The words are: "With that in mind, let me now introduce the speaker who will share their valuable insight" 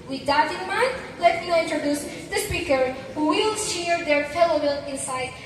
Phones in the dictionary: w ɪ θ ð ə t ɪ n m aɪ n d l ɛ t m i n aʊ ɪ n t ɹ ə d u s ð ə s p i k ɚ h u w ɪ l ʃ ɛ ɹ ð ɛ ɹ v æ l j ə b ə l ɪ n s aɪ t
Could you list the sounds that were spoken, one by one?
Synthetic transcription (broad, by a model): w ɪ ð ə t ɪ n m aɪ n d l ɛ t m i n ɪ n t ɹ ə d u s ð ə s p i k ɚ h u w ɪ l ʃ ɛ ɹ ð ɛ ɹ f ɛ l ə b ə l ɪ n s aɪ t